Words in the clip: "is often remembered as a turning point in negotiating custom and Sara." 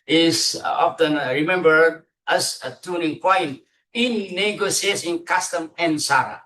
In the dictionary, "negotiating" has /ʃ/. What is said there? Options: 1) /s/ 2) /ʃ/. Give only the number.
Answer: 1